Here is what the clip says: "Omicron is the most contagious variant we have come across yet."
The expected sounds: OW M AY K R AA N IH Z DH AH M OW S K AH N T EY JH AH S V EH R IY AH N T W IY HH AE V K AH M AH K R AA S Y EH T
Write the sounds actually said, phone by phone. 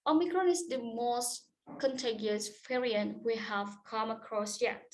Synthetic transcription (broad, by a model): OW M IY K R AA N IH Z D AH M OW S K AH N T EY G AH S F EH R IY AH N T W IY HH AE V K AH M AH K R AA S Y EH